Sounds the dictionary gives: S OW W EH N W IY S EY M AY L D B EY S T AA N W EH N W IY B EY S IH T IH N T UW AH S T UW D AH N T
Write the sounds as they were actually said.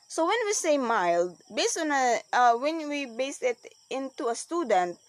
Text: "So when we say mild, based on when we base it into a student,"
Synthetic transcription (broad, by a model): S OW W EH N W IY S EY M AY L D B EY S T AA N W EH N W IY B EY S IH T IH N T UW AH S T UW D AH N T